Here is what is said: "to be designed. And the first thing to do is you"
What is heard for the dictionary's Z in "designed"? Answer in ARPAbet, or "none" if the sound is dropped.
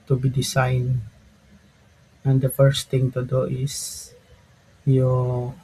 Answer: S